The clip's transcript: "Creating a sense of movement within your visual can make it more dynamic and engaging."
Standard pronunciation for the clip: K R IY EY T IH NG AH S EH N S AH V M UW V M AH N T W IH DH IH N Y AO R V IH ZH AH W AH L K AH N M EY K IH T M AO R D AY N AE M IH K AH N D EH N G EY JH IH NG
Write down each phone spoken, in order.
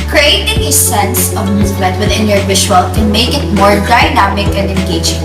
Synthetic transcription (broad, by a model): K R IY EY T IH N AH S EH N S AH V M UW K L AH T W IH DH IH N Y AO R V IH SH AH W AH L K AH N M EY K IH T M AO R D AY N AE M IH K AH N D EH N G EY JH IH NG